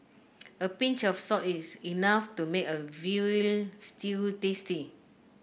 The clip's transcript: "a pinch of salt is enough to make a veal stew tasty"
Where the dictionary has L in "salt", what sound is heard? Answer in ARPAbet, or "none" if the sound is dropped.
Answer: none